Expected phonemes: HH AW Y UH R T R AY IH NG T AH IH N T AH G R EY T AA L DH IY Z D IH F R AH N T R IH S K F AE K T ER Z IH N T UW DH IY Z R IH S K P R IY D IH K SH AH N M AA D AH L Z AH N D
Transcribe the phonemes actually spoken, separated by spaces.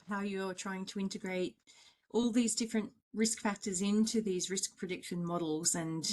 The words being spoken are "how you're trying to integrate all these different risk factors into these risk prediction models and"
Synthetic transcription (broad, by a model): HH AW Y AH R T R AY IH NG T AH IH N T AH G R EY T AA L DH IY Z D IH F R AH N T R IH S K F AE K T ER Z IH N T UW DH IY Z R IH S K P R IY D IH K SH AH N M AA D L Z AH N